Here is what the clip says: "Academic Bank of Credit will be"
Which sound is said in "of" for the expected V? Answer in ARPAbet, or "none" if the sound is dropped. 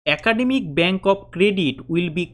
P